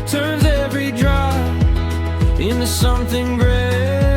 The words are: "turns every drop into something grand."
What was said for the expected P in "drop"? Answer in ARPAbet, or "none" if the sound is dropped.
none